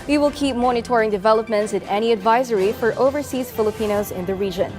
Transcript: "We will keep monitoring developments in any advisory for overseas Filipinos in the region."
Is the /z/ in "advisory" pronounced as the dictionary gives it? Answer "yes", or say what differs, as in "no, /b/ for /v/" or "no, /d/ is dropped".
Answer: yes